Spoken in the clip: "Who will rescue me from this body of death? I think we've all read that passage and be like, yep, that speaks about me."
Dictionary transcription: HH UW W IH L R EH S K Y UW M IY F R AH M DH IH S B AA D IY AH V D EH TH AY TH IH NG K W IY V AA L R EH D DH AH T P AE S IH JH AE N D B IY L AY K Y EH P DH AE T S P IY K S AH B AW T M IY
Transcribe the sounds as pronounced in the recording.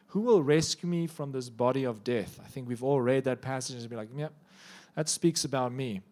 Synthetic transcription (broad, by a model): HH UW W IH L R EH S K Y UW M IY F R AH M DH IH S B AA D IY AH V D EH TH AY TH IH NG K W IY V AA L R EH D DH AH T P AE S IH JH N B IY L AY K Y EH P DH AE T S P IY K S AH B AW T M IY